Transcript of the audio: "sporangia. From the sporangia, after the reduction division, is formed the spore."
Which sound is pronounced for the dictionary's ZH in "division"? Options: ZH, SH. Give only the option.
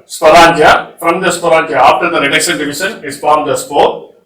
SH